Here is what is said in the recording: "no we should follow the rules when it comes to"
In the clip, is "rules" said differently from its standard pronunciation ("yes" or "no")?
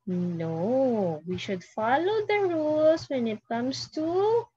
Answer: yes